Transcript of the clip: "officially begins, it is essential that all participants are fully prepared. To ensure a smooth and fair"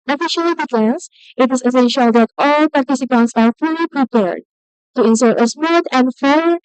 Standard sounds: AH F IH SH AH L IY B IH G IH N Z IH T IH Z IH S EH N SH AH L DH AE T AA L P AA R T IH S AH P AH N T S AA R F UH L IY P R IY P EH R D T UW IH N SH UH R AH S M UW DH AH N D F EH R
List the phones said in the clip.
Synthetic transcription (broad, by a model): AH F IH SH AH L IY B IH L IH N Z IH T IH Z IH S EH N SH AH L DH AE T AA L P AA R T IH S AH P AH N T S AA R F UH L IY P R IY P EH R D T UW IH N S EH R AH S M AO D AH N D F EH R